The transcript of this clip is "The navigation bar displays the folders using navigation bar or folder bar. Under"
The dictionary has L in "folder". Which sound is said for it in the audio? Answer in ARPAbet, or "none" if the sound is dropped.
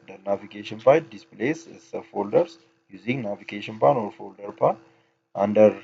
L